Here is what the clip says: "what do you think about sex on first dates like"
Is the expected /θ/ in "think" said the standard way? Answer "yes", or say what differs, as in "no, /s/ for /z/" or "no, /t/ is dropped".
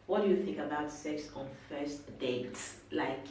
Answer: yes